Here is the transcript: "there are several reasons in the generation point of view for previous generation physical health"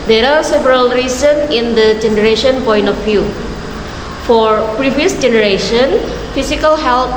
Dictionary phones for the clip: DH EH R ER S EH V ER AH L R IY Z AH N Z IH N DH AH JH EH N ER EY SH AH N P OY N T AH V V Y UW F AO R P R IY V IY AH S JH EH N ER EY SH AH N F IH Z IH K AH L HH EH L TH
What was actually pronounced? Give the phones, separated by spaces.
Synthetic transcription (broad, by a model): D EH R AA S EH V ER AH L R IY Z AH N IH N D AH JH EH N ER EY SH AH N P OY N T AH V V Y UW F AO R P R IY V IY AH S JH EH N ER EY SH AH N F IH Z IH K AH L HH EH L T